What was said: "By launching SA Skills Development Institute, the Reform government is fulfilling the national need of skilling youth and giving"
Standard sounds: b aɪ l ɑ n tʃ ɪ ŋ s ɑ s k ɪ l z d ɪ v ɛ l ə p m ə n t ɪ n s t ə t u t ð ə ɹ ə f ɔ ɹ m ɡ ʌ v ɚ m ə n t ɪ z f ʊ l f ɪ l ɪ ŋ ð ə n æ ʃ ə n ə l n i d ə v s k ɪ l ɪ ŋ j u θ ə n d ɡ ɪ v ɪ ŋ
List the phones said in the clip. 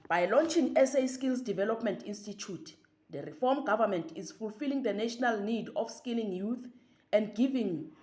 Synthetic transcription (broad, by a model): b aɪ l ɑ n tʃ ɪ ŋ s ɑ s k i l s d ɪ v ɛ l ə p m ə n t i n s t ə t u t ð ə ɹ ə f ɔ m ɡ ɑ v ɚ m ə n t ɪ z f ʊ l f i l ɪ ŋ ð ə n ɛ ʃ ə n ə l n i d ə f s k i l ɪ ŋ j u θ ə n d ɡ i v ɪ ŋ